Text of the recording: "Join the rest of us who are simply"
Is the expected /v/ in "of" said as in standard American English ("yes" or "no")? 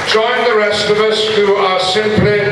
yes